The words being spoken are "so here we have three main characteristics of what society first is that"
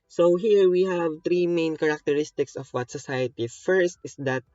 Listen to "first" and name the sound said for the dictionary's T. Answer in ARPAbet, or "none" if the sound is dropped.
T